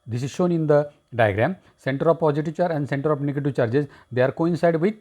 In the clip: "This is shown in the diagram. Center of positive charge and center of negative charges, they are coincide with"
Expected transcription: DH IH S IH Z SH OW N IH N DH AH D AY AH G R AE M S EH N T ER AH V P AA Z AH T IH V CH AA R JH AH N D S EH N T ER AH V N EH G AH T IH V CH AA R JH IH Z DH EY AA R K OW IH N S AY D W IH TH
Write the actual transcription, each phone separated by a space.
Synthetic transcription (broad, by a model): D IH S IH Z SH OW N IH N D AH D AY AH G R AE M S EH N T ER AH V P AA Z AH T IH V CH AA R AH N D S EH N T ER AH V N EH G AH T IH V CH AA R JH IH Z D EY AA R K OW IH N S AY D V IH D